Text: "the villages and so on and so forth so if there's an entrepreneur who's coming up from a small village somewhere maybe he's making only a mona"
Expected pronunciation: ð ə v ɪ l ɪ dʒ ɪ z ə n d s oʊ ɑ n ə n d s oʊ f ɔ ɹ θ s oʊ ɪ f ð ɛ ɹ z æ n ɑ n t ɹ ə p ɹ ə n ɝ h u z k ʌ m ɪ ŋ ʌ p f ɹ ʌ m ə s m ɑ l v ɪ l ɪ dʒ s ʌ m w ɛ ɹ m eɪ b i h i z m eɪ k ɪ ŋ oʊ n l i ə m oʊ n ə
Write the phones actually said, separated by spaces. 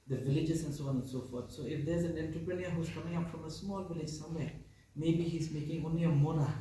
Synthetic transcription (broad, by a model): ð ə v ɪ l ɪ dʒ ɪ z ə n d s oʊ ɑ n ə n s oʊ f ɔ ɹ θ s oʊ ɪ f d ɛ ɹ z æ n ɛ n t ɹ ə p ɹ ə n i h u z k ʌ m ɪ ŋ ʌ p f ɹ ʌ m ə s m ɑ l v ɪ l ɪ dʒ s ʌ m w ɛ m eɪ b i h i z m eɪ k ɪ ŋ oʊ n l i ə m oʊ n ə